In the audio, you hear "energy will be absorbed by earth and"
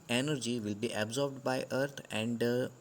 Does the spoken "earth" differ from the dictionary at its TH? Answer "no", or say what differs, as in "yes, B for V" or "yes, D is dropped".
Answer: yes, T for TH